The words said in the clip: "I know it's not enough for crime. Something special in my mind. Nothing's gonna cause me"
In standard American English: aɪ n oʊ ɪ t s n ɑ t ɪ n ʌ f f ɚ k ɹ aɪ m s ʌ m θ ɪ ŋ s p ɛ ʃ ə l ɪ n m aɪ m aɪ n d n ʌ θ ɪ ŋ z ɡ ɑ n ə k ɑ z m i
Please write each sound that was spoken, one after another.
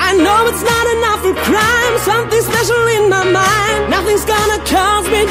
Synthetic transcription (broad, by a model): aɪ n oʊ ɪ t s n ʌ t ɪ n ʌ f f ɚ k ɹ aɪ m s ʌ m θ ɪ ŋ s p ɛ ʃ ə l ɪ n m aɪ m aɪ n d n ʌ θ ɪ ŋ z ɡ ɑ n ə k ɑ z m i